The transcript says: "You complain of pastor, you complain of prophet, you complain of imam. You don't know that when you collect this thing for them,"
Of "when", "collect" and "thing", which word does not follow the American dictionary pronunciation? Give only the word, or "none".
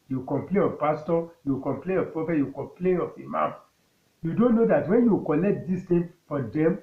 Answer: thing